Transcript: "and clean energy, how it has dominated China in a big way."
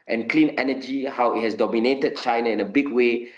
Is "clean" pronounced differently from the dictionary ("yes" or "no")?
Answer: no